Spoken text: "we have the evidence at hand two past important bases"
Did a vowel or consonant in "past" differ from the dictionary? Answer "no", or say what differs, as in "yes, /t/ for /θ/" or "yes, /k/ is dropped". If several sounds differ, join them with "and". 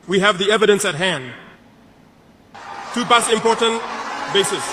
yes, /b/ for /p/ and /t/ is dropped